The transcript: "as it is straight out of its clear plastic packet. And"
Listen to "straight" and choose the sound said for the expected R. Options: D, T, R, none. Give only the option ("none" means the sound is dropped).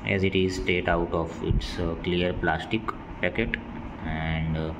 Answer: none